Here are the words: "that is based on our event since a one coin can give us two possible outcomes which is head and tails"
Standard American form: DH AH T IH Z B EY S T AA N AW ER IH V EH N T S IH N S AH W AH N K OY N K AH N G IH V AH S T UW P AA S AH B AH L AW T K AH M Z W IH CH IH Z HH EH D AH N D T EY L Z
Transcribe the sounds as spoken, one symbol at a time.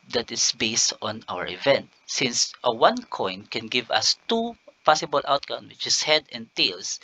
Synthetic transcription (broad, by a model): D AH T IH S B EY S T AA N AW ER IH V EH N T S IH N S AH W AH N K OY N K AH N G IH V AH S T UW P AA S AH B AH L AW T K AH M W IH CH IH S HH EH D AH N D T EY L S